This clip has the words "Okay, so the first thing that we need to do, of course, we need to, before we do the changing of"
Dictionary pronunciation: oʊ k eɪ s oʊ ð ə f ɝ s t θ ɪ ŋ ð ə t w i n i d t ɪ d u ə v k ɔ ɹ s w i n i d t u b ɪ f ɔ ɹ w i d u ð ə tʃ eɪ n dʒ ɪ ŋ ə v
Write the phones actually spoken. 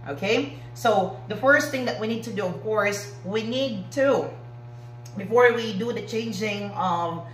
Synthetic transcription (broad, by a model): oʊ k eɪ s oʊ ð ə f ɝ s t θ ɪ ŋ ð ə t w i n i d t ɪ d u ə v k ɔ ɹ s w i n i d t u b ɪ f ɔ ɹ w i d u ð ə tʃ eɪ n dʒ ɪ ŋ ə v